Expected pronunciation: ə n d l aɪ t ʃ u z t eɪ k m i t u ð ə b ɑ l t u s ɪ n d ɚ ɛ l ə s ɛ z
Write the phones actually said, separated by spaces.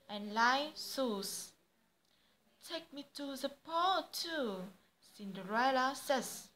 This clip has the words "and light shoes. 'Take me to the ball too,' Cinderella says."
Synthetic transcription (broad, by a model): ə n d l aɪ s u s t eɪ k m i t u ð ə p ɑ t u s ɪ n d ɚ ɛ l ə s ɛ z